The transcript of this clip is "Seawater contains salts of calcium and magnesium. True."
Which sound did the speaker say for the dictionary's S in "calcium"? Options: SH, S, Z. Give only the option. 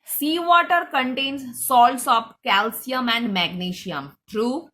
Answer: S